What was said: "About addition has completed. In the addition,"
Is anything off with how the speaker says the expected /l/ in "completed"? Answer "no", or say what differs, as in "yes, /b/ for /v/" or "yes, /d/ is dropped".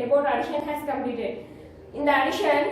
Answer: yes, /l/ is dropped